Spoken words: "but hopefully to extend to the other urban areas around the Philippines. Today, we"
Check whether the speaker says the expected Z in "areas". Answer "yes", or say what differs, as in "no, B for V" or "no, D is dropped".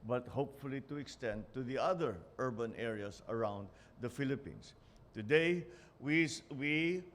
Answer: no, S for Z